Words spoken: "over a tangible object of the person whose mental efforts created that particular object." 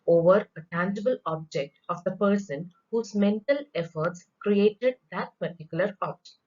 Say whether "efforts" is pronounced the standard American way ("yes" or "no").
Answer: yes